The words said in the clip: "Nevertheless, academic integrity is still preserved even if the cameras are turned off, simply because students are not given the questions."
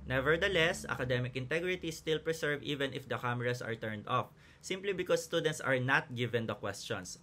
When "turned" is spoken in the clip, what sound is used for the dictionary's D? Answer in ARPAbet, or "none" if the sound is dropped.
D